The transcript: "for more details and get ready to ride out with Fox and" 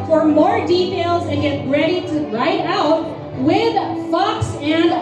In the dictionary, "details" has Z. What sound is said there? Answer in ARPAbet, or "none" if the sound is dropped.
Z